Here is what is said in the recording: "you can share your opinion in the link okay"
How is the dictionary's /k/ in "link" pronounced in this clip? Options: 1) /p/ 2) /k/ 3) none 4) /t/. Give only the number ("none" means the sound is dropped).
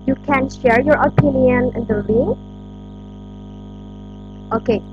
3